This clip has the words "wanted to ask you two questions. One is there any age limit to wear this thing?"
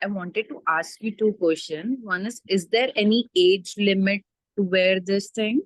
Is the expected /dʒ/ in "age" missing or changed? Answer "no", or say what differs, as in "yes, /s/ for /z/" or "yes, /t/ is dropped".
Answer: no